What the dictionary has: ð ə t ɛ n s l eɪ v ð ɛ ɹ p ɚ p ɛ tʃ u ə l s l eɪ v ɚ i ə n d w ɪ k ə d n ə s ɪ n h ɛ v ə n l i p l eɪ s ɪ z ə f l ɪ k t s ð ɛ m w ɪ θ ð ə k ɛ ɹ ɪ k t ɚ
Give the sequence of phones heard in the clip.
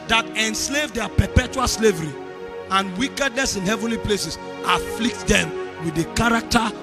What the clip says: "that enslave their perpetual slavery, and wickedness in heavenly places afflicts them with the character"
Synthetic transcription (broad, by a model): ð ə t ɛ n s l eɪ v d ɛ p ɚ p ɛ tʃ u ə l s l eɪ v ɚ i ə n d w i k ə d n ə s ɪ n h ɛ v ə n l i p l eɪ s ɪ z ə f l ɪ k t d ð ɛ m w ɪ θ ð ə k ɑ ɹ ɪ k t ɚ